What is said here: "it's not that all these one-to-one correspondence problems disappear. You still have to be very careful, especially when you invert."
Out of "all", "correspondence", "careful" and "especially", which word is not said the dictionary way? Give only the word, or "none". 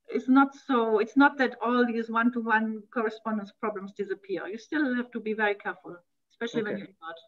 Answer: none